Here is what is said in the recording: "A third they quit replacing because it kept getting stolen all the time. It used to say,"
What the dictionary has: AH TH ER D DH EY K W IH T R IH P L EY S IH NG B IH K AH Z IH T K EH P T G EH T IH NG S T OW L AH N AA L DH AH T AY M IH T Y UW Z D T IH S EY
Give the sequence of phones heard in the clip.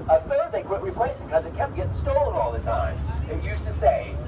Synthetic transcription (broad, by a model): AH TH ER D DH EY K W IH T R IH P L EY IH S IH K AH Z IH T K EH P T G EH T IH S T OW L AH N AA L DH AH T AY M IH T Y UW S T IH S EY